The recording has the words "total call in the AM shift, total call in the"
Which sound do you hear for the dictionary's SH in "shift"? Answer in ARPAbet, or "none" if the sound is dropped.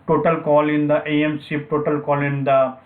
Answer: S